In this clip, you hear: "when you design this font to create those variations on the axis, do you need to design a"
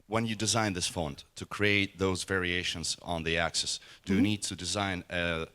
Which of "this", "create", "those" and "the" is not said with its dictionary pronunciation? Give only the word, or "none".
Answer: none